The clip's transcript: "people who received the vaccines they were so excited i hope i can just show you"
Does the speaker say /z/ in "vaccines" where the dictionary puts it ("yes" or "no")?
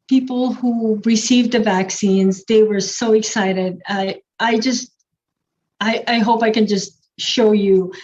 yes